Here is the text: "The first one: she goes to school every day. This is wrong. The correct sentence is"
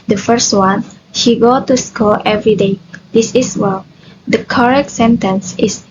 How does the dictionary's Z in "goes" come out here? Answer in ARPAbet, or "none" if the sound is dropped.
none